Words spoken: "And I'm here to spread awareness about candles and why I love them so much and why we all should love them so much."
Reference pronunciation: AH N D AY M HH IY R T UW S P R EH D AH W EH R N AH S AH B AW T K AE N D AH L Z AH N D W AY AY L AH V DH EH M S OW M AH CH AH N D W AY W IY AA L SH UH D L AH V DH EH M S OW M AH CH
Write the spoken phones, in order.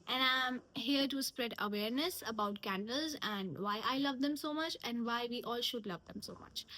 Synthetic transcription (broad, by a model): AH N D AY M HH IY R T UW S P R EH D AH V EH R N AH S AH B AW T K AE N D AH L Z AH N D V AY AY L AH V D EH M S OW M AH CH AH N D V AY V IY AA L SH UH D L AH V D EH M S OW M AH CH